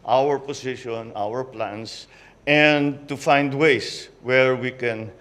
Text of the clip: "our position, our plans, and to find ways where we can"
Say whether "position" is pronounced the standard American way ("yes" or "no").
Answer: no